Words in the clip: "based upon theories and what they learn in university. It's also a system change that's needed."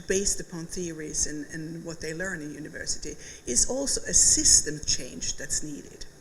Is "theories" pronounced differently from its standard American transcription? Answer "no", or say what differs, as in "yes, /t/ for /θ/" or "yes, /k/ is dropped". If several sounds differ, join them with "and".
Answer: no